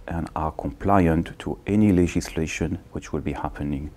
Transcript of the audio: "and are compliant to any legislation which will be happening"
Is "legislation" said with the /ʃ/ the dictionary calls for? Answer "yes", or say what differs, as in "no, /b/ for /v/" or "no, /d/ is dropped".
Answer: yes